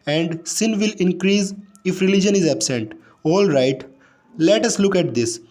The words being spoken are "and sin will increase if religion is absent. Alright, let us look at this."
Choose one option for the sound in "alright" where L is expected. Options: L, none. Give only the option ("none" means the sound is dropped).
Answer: L